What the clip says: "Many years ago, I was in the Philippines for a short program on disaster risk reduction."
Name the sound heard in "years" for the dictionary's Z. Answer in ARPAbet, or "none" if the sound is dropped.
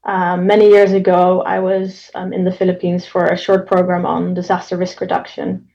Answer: Z